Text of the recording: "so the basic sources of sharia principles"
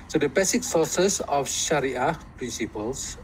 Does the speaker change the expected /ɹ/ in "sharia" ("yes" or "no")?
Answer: no